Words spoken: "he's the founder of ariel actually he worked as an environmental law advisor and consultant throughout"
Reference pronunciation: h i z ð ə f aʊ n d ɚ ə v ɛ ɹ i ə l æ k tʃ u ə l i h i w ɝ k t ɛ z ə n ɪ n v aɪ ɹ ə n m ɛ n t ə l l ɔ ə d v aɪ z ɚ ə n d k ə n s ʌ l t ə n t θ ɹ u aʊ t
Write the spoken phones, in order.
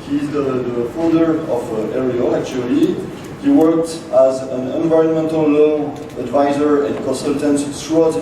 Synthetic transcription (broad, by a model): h i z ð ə f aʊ n d ɚ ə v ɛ ɹ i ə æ k tʃ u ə l i h i w ɝ k t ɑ z ə n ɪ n v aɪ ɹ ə n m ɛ n t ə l l ɔ ə d v aɪ z ɚ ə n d k ə n s ʌ l t ə n t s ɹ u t